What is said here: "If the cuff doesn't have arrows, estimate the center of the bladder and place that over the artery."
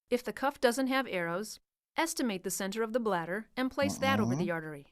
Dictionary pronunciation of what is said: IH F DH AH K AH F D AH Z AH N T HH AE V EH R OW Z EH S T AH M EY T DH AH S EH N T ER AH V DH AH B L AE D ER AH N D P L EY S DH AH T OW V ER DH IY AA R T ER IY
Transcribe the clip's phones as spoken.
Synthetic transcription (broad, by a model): IH F DH AH K AH F D AH Z AH N T HH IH V EH R OW Z EH S T AH M EY T DH AH S EH N T ER AH V DH AH B L AE D ER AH N P L EY S DH AH T OW V ER DH IY AA R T ER IY